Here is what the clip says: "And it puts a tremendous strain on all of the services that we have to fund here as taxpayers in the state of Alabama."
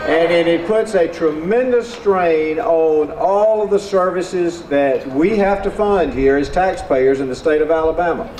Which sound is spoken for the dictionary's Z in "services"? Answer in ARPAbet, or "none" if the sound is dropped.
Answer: Z